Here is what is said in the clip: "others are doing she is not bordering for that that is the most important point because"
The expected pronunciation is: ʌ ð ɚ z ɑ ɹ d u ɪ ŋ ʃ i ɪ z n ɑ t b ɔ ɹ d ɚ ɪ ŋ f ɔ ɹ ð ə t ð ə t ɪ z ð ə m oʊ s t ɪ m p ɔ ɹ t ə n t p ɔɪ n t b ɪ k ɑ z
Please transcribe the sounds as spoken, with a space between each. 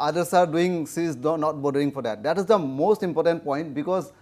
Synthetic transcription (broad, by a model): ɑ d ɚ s ɑ ɹ d u ɪ ŋ s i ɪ n ɑ t b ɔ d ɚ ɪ ŋ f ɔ ɹ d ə t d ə t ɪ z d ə m oʊ s t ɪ m p ɔ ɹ t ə n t p ɔɪ n t b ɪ k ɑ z